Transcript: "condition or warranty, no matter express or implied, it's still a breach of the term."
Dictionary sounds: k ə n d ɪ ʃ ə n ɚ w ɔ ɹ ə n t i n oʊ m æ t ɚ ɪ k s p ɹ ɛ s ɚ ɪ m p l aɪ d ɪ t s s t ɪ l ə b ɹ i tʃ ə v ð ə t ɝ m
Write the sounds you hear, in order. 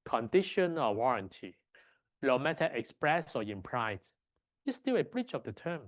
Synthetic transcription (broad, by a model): k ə n d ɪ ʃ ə n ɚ w ɔ ɹ ə n t i l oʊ m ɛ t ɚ ɪ k s p ɹ ɛ s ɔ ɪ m p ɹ aɪ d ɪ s s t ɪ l ə b ɹ i tʃ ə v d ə t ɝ m